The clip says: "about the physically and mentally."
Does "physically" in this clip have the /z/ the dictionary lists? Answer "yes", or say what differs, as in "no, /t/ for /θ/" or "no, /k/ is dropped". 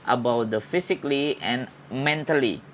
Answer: no, /s/ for /z/